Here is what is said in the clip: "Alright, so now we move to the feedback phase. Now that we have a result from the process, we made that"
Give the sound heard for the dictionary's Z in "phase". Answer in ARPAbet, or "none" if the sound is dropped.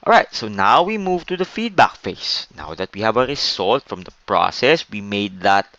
S